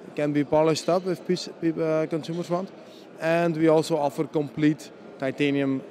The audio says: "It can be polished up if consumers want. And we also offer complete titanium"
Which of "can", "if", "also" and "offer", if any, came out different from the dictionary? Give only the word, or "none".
if